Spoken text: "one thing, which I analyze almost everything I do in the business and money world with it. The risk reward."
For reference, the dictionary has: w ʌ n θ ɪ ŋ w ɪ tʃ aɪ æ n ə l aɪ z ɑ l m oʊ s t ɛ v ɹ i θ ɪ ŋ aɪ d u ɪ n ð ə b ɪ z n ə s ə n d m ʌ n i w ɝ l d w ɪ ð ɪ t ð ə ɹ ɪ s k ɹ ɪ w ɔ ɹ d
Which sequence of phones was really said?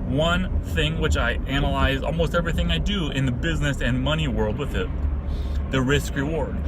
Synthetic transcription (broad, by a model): w ʌ n θ ɪ ŋ w ɪ tʃ aɪ æ n ə l aɪ z ɑ l m oʊ s t ɛ v ɹ i θ ɪ ŋ aɪ d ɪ ɪ n ð ə b ɪ z n ə s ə n m ʌ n i w ɝ l d w ɪ ð ɪ t ð ə ɹ ɪ s k ɹ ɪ w ɔ ɹ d